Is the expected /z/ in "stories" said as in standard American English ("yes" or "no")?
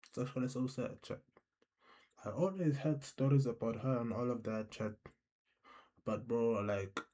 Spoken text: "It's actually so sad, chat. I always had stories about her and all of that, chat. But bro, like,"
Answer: yes